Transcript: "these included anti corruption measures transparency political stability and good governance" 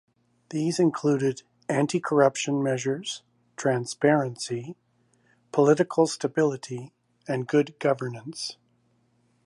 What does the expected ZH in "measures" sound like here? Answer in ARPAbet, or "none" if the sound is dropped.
ZH